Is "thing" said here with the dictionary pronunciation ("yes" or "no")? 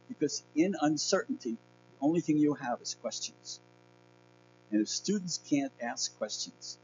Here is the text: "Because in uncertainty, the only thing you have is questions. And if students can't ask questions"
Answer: yes